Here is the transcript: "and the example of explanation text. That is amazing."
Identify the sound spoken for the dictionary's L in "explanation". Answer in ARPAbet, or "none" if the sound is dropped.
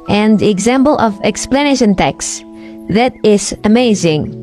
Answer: L